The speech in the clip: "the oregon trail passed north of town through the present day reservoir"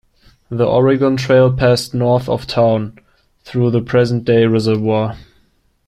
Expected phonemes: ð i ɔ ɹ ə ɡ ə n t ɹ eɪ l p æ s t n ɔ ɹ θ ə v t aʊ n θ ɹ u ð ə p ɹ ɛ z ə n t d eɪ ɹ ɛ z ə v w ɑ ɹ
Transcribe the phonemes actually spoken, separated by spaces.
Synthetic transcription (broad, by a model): ð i ɔ ɹ ə ɡ ə n t ɹ eɪ l p æ s t n ɔ ɹ θ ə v t aʊ n θ ɹ u ð ə p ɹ ɛ z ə n d eɪ ɹ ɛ z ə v w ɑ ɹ